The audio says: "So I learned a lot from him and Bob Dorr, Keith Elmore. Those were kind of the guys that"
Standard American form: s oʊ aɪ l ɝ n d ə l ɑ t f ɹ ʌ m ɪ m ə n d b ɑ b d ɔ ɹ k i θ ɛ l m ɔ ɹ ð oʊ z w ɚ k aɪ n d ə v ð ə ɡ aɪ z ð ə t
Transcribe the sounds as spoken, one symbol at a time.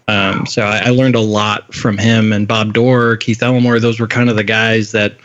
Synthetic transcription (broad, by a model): s oʊ aɪ l ɝ n d ə l ɑ t f ɹ ʌ m ɪ m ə n b ɑ b d ɔ ɹ k i θ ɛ l m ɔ ɹ ð oʊ z w ɚ k aɪ n d ə v ð ə ɡ aɪ z ð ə t